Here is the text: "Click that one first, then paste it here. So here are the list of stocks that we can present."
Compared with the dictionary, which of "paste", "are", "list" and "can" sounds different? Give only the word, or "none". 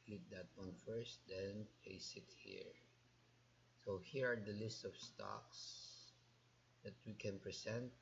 paste